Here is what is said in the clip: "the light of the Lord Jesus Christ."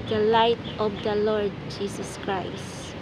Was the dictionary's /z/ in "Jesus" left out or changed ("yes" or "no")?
yes